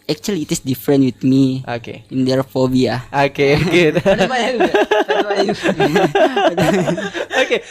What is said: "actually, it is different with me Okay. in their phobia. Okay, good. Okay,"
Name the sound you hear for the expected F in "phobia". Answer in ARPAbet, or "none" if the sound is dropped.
F